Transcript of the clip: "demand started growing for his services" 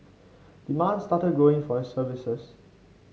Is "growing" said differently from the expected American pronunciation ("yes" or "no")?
yes